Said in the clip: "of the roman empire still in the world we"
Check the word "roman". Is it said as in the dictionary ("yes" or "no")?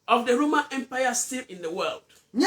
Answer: yes